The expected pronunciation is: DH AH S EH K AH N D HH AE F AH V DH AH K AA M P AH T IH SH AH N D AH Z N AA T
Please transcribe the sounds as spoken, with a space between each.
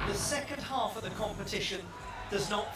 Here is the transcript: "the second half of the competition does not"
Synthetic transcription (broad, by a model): DH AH S EH K AH N D HH AE F AH V DH AH K AA M P AH T IH SH AH N D AH Z N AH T